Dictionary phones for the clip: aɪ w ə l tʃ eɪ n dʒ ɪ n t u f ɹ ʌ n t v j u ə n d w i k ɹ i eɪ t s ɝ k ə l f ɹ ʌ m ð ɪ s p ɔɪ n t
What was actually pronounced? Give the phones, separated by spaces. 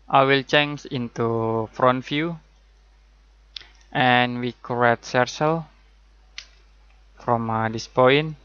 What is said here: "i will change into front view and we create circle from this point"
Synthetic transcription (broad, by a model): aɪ w ə l tʃ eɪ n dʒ ɪ n t u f ɹ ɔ n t f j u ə n w i k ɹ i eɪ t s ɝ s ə l f ɹ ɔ m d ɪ s p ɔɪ n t